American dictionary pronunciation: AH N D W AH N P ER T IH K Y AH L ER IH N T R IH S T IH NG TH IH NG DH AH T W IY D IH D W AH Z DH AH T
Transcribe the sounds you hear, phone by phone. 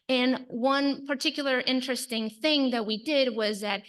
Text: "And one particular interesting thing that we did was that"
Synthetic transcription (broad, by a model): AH N W AH N P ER T IH K Y L ER IH N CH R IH S T IH NG TH IH NG DH AH T W IY D IH D W AH Z DH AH T